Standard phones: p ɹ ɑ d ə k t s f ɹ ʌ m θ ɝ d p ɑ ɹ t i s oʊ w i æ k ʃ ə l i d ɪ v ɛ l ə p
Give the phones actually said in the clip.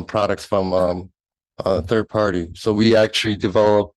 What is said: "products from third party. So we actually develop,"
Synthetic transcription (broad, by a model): p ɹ ɑ d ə k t s f ɹ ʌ m θ ɝ d p ɑ ɹ t i s oʊ w i æ k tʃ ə l i d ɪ v ɛ l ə p